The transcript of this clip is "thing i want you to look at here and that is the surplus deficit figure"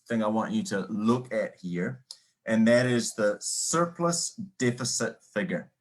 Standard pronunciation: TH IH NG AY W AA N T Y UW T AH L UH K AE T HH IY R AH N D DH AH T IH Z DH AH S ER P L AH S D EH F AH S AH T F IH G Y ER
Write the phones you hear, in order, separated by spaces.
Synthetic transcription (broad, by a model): TH IH NG AY W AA N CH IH T AH L UH K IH T HH IY R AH N DH AH T IH Z DH AH S ER P L AH S D EH F AH S AH T F IH G Y ER